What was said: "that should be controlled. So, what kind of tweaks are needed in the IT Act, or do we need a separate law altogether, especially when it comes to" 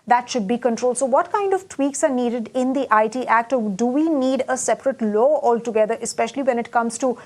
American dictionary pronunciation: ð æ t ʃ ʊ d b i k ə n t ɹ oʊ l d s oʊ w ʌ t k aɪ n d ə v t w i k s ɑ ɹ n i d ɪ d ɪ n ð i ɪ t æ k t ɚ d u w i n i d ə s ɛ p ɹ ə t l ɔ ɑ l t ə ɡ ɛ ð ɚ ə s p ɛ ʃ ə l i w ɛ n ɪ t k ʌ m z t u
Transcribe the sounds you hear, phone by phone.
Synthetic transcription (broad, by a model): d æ t ʃ ʊ d b i k ə n t ɹ oʊ l d s oʊ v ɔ t k aɪ n d ə v t w i k s ɑ ɹ n i d ɪ d ɪ n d i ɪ t æ k t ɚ d u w i n i d ə s ɛ p ɹ ə t l ɔ ɑ l t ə ɡ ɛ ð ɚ ə s p ɛ ʃ ə l i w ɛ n ɪ t k ʌ m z t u